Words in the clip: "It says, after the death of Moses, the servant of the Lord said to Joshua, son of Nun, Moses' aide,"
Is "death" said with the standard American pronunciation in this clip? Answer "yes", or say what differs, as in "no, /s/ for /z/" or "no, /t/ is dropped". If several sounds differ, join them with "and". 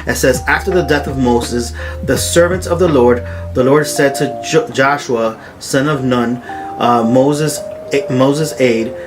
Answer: yes